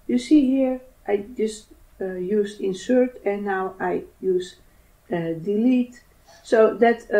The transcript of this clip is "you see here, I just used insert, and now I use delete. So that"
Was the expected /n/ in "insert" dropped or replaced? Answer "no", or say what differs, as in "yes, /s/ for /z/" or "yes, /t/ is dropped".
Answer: no